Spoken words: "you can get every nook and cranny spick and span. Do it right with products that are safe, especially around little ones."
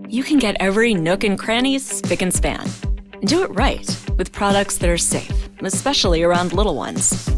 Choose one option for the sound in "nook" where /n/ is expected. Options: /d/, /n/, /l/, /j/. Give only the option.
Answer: /n/